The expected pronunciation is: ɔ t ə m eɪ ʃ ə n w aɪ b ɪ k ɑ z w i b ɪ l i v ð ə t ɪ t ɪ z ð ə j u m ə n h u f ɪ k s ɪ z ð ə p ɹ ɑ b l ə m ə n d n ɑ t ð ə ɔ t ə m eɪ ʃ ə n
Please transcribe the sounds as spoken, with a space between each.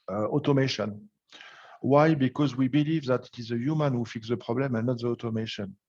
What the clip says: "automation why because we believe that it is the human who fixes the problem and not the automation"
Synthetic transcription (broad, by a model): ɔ t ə m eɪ ʃ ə n w aɪ b ɪ k ɑ z w i b ɪ l i v ð ə t ɪ t ɪ z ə j u m ə n h u f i k s ð ə p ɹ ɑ b l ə m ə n n ɑ t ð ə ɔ t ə m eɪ ʃ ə n